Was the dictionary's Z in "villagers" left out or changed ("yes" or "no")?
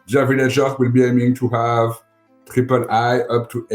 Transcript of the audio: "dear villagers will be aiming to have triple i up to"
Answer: yes